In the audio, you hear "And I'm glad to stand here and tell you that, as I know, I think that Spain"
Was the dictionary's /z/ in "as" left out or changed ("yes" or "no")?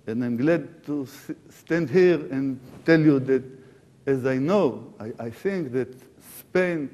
no